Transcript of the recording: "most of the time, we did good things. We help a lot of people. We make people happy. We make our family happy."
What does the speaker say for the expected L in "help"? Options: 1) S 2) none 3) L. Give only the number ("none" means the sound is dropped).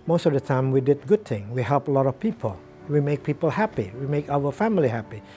3